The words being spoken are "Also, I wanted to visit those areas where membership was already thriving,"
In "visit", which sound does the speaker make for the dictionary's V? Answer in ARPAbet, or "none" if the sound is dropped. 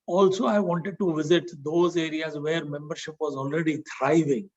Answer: V